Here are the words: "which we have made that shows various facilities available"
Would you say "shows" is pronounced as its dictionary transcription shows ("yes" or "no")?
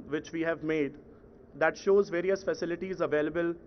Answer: yes